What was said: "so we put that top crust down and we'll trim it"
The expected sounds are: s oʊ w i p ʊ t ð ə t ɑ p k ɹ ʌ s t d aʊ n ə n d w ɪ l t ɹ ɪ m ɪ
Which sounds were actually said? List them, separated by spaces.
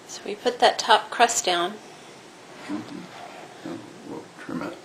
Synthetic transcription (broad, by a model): s oʊ w i p ʊ t ð ə t ɑ p k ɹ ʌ s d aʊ ə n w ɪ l t ɹ ɪ m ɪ